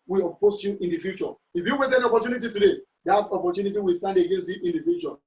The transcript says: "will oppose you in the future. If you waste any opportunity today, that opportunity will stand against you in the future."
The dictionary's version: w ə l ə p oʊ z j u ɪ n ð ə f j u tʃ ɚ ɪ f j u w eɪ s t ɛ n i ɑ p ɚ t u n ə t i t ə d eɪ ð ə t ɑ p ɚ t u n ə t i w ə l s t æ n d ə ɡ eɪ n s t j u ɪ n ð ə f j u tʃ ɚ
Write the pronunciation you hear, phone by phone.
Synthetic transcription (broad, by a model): w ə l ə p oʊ s j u ɪ n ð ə f j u tʃ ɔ ɪ f j u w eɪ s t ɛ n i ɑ p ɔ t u n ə t i t ə d eɪ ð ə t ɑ p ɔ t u n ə t i w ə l s t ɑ n d ə ɡ eɪ n s t j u ɪ n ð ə f j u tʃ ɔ